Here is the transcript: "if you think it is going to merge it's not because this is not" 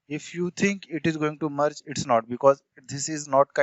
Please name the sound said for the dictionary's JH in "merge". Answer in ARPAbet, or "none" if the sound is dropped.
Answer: CH